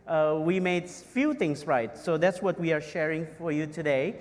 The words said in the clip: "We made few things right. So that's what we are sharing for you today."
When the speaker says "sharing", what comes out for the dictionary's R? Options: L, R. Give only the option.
R